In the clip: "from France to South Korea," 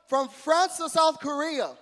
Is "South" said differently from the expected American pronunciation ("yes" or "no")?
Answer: no